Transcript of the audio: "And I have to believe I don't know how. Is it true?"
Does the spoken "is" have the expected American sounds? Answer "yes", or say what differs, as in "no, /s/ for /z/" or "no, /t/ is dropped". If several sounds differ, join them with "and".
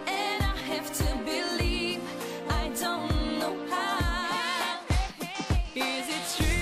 yes